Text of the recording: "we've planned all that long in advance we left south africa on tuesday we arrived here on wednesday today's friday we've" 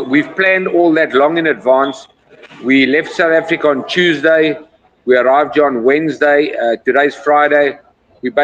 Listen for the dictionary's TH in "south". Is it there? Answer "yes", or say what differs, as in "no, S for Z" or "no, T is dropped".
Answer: yes